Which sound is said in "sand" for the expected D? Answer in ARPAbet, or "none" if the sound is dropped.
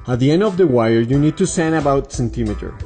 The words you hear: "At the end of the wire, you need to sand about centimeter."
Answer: none